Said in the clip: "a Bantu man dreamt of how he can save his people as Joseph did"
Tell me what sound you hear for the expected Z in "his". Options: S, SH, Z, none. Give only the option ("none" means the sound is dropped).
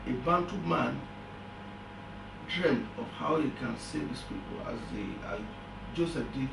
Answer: S